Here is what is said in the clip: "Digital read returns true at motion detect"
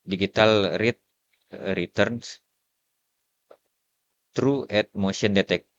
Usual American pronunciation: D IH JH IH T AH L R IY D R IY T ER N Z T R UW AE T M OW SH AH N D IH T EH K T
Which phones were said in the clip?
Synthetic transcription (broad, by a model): D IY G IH T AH L R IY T R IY T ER N S T R UW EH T M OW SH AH N D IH T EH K